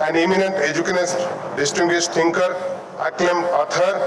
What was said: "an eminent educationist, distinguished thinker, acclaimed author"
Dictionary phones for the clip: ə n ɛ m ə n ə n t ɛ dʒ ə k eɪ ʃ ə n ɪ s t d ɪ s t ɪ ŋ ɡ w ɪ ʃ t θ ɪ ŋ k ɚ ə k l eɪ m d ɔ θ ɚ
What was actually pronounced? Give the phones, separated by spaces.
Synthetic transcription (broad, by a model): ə n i m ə n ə n t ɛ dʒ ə k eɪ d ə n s d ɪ s t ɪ ŋ ɡ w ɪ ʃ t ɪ ŋ k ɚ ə k l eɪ m ɔ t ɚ